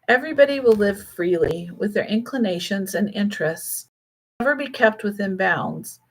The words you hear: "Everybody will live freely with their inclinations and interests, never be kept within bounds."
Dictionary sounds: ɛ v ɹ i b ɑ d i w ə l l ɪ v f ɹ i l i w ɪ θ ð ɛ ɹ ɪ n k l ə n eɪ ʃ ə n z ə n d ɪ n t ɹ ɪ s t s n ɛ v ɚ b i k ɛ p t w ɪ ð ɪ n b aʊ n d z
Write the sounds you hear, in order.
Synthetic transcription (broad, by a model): ɛ v ɹ i b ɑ d i w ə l l ɪ v f ɹ i l i w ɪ ð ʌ ɹ ɪ n k l ə n eɪ ʃ ə n z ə n ɪ n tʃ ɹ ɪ s t s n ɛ v ɚ b i k ɛ p t w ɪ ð ɪ n b aʊ n d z